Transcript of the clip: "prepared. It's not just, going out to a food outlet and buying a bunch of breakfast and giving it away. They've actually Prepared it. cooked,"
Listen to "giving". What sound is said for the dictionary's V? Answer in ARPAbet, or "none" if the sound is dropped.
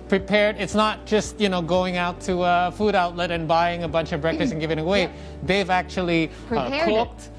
V